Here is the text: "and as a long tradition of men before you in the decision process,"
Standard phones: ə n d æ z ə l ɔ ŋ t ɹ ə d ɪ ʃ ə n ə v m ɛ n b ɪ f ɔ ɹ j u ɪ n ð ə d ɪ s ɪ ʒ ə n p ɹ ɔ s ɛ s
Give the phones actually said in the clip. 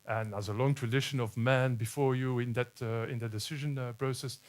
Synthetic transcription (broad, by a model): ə n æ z ə l ɔ ŋ t ɹ ə d ɪ ʃ ə n ə v m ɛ n b ɪ f ɔ ɹ j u ɪ n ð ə d ɪ s ɪ ʒ ə n p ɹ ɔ s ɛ s